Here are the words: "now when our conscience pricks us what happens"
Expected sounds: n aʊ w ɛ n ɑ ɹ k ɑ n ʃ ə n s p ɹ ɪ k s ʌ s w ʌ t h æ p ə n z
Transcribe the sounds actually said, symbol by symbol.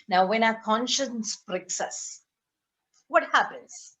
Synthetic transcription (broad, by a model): n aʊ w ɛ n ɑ k ɑ n ʃ ə n s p ɹ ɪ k s ʌ s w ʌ t h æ p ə n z